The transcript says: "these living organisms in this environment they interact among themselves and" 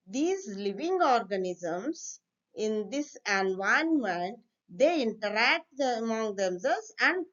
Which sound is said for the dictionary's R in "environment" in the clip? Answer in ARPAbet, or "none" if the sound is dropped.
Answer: none